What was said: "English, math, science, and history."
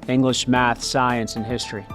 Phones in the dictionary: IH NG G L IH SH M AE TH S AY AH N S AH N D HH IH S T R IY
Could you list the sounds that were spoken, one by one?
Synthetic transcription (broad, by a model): IH NG G L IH SH M AE TH S AY AH N S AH N HH IH S T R IY